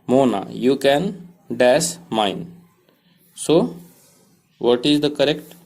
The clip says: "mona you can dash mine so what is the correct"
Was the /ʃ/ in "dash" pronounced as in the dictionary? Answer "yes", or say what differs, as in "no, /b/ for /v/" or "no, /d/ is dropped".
no, /s/ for /ʃ/